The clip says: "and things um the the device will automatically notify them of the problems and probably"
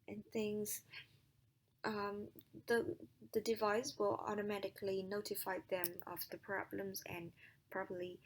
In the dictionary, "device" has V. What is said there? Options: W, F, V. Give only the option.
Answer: V